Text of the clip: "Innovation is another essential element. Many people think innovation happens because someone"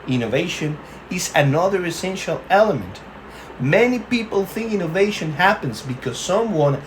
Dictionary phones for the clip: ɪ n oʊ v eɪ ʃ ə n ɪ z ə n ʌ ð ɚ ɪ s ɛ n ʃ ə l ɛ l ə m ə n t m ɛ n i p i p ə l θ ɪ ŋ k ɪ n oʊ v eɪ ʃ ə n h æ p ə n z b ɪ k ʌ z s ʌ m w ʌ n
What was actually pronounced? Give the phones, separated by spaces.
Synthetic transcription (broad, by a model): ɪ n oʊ v eɪ ʃ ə n ɪ z ə n ʌ ð ɚ ɪ s ɛ n ʃ ə l ɛ l ə m ə n t m ɛ n i p i p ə l θ ɪ ŋ k ɪ n oʊ v eɪ ʃ ə n h æ p ə n z b ɪ k ʌ z s ʌ m w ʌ n